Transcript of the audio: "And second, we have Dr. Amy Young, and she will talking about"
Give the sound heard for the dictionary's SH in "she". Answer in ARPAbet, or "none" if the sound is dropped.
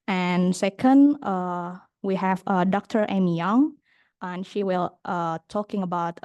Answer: SH